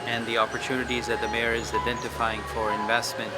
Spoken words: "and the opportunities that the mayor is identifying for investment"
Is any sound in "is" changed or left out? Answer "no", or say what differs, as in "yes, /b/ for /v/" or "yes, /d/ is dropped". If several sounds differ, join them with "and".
no